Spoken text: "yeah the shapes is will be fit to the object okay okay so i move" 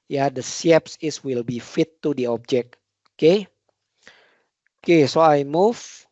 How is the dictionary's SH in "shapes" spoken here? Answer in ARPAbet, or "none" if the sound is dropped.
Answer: S